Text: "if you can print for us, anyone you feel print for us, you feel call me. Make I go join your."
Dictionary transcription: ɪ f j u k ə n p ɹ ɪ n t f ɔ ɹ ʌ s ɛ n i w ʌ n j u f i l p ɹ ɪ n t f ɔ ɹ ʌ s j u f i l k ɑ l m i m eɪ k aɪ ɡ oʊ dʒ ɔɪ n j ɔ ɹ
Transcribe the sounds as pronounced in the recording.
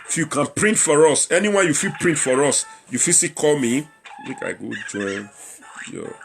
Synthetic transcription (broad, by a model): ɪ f j u k ə n p ɹ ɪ n t f ɔ ɹ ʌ s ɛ n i w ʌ n j u f i l p ɹ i n t f ɔ ɹ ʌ s j u f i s k ɑ l m i m eɪ k aɪ ɡ oʊ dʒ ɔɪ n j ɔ